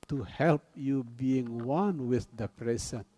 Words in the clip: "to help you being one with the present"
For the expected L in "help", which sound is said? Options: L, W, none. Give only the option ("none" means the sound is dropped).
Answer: L